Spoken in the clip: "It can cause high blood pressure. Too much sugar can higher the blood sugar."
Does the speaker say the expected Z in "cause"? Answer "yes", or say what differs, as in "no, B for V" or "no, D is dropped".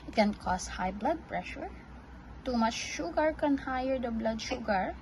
no, S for Z